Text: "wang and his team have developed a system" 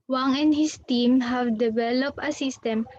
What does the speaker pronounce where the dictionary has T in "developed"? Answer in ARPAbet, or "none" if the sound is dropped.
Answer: none